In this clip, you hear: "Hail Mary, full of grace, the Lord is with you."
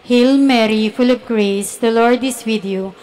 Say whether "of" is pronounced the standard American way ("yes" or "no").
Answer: no